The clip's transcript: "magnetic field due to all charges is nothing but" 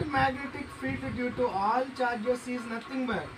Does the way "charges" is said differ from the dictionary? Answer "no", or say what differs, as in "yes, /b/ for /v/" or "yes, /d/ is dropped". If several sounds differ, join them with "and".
yes, /s/ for /z/